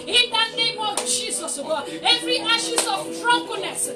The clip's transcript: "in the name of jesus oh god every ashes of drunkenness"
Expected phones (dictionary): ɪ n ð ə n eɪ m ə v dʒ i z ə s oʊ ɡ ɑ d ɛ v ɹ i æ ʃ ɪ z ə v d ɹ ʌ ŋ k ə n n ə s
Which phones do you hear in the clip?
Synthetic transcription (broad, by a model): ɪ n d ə n eɪ m ə v dʒ i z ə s oʊ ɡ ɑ ɛ v ɹ i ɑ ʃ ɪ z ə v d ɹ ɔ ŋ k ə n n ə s